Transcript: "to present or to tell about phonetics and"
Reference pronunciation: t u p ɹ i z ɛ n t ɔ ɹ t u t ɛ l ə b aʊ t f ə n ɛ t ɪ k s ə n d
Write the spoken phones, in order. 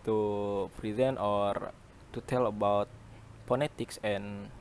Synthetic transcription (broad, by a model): t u p ɹ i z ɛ n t ɔ ɹ t u t ɛ l ə b aʊ t p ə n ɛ t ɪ k s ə n